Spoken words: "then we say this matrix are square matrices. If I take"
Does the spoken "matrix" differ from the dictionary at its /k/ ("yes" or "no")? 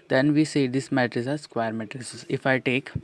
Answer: yes